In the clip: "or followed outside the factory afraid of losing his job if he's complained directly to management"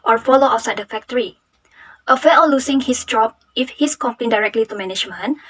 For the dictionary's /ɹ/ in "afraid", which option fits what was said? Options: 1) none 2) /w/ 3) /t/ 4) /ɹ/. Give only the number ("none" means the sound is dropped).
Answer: 1